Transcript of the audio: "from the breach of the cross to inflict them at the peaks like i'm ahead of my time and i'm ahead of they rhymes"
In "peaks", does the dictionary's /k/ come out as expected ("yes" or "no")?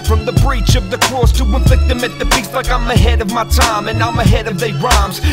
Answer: no